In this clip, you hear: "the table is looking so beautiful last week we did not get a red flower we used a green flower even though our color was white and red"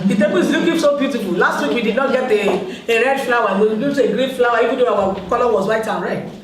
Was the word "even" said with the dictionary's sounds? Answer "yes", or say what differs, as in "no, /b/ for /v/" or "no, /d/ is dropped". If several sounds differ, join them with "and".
no, /w/ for /v/